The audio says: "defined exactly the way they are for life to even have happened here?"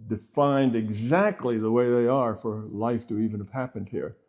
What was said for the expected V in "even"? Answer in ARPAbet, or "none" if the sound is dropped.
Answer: V